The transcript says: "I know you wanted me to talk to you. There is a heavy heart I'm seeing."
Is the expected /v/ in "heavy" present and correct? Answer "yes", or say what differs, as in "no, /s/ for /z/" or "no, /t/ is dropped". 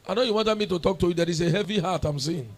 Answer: yes